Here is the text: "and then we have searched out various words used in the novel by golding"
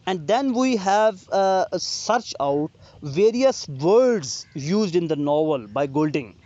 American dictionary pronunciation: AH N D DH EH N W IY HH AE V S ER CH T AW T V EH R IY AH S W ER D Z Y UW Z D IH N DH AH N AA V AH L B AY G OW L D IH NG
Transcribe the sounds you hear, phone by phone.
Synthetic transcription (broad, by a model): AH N D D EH N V IY HH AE V S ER CH AW T V EH R IY AH S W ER D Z Y UW Z D IH N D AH N AA V AH L B AY G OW L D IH NG